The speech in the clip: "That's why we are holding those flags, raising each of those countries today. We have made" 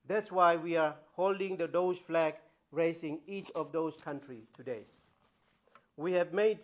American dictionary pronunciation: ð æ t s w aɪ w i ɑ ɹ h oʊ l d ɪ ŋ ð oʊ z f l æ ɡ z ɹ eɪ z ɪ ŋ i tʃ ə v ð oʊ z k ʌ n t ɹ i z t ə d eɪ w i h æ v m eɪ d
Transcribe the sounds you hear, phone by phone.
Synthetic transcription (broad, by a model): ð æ t s w aɪ w i ɑ ɹ h oʊ l d ɪ ŋ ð oʊ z f l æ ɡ ɹ eɪ s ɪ ŋ i tʃ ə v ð oʊ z k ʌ n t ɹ i t ə d eɪ w i h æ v m eɪ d